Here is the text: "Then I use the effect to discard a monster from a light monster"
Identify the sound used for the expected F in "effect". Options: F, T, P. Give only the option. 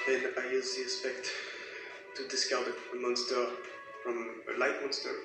P